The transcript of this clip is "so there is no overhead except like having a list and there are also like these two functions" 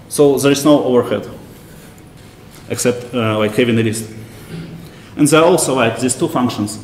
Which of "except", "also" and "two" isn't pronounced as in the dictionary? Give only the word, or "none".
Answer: none